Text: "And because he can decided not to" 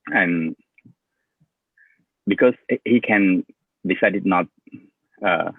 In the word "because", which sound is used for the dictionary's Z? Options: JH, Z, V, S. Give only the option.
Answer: S